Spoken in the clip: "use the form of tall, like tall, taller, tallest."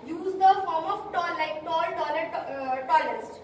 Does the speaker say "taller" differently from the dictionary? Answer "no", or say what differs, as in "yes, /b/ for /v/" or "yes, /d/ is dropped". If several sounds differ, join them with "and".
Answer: yes, /n/ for /l/